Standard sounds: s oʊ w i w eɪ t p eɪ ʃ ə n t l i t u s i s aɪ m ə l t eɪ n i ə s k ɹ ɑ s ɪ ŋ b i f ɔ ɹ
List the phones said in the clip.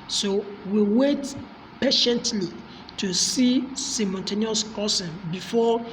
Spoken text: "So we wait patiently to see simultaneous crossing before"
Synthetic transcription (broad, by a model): s oʊ w i w eɪ t p eɪ ʃ ə n t l i t u s i s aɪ m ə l t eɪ n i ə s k ɑ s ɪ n b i f ɔ